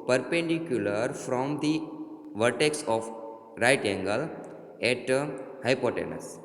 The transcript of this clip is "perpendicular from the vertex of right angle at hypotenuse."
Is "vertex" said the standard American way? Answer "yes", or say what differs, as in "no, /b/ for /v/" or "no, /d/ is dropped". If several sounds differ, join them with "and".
yes